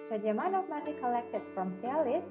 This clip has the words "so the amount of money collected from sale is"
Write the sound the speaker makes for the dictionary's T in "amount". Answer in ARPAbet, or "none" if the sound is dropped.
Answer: none